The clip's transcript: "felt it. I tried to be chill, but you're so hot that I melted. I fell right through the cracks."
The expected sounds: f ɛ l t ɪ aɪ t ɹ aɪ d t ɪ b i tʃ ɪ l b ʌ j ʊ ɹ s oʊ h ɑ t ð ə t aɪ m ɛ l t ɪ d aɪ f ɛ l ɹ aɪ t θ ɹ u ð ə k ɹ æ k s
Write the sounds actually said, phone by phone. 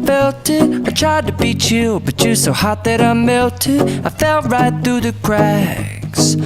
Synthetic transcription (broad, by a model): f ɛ l t ɪ aɪ t ɹ aɪ d t ɪ b i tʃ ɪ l b ʌ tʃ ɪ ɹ s oʊ h ɑ t ð ə t aɪ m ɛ l t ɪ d aɪ f ɛ l ɹ aɪ t θ ɹ u ð ə k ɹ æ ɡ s